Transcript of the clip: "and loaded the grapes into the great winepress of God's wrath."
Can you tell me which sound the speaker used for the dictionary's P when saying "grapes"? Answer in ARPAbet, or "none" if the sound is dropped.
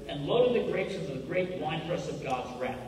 none